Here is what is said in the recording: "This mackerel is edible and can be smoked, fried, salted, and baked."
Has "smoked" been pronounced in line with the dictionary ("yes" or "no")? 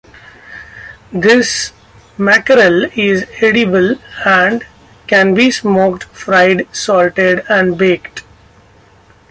yes